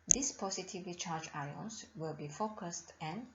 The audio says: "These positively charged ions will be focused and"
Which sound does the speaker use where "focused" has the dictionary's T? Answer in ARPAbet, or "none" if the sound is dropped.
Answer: T